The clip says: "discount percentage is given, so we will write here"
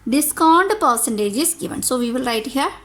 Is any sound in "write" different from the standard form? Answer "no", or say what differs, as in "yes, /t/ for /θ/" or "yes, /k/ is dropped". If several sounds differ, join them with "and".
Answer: no